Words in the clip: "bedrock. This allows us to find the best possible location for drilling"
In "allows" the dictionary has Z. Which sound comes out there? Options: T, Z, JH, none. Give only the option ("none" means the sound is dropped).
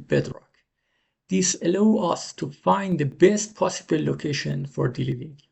none